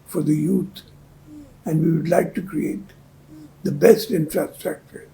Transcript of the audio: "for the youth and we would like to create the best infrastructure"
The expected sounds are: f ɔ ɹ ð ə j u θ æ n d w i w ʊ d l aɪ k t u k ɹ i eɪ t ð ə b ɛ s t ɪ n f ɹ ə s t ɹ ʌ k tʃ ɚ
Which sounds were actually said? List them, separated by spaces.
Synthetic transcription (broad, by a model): f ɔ ɹ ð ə j u t æ n d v i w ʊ d l aɪ k t u k ɹ i eɪ t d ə b ɛ s t ɪ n f ɹ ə s t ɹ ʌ k tʃ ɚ